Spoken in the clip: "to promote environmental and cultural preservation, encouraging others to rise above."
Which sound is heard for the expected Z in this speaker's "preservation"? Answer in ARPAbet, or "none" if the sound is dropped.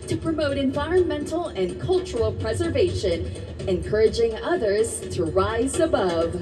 Z